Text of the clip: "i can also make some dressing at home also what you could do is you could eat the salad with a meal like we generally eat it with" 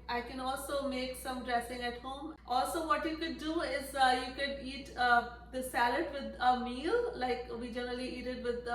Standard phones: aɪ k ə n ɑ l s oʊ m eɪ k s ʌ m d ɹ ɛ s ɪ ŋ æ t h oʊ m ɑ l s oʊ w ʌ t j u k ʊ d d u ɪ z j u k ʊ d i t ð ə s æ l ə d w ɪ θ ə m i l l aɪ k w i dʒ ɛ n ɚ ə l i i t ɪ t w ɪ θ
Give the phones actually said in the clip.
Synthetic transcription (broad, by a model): aɪ k ə n ɑ l s oʊ m eɪ k s ʌ m d ɹ ɛ s ɪ ŋ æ t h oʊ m ɑ l s oʊ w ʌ t j u k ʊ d d u ɪ z j u k ʊ d i t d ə s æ l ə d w ɪ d ə m i l l aɪ k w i dʒ ɛ n ɚ ə l i i t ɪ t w ɪ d